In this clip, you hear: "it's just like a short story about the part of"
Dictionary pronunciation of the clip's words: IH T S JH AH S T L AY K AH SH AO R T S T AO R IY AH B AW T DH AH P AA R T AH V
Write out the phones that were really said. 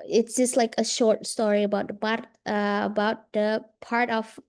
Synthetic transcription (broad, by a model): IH T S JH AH S T L AY K AH SH AO R T S T AO R IY AH B AW T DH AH P AA R T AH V